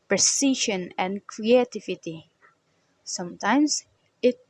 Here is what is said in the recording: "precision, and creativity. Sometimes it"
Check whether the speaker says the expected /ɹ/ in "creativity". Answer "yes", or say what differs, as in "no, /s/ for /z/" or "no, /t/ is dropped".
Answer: yes